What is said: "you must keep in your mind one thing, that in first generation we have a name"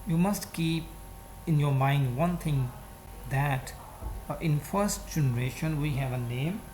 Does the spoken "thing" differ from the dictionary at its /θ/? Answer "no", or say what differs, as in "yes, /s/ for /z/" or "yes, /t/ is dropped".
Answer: yes, /t/ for /θ/